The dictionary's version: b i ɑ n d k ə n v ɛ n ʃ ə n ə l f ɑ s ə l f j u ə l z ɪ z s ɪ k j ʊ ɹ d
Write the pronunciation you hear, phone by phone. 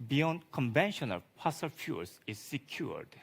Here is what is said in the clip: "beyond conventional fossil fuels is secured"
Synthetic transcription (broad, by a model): b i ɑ n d k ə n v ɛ n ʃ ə n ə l p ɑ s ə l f j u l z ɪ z s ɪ k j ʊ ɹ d